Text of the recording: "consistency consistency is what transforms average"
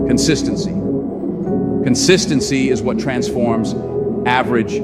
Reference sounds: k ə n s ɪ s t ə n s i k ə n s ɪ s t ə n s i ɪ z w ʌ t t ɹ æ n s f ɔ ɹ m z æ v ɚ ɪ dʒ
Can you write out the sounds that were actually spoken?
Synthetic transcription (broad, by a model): k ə n s ɪ s t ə n s i k ə n s ɪ s t ə n s i ɪ z w ʌ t t ɹ æ n s f ɔ ɹ m z æ v ɚ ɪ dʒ